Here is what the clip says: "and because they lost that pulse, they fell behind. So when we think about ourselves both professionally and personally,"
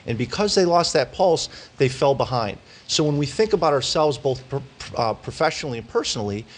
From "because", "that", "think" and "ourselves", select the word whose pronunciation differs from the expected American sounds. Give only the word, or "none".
none